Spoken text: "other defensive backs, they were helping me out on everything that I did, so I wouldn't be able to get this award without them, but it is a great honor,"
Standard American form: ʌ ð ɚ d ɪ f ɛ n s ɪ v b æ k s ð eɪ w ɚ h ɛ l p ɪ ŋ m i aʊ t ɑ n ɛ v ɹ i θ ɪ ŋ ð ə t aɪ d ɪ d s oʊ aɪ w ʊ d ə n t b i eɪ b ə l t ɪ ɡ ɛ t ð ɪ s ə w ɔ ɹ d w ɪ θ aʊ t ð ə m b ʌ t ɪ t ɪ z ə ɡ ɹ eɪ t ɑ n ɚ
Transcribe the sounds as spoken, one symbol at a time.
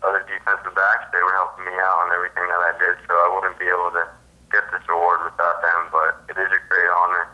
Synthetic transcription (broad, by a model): ʌ ð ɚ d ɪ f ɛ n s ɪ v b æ k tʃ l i w ɚ h ɛ l p ɪ ŋ m i aʊ t n ɛ v ɹ i θ ɪ ŋ ð ə t aɪ d ɪ d s oʊ aɪ w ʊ d n b i eɪ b l t ɪ ɡ ɛ t ð ɪ s ə w ɔ ɹ d w ɪ θ aʊ t ð ə m b ʌ t ɪ t ɪ z ə ɡ ɹ eɪ t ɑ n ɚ